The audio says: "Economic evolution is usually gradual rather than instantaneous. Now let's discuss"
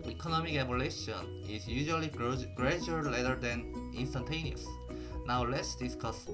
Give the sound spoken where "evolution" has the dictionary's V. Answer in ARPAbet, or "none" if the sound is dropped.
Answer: B